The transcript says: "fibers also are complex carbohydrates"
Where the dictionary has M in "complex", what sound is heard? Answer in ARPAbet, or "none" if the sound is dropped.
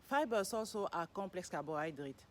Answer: none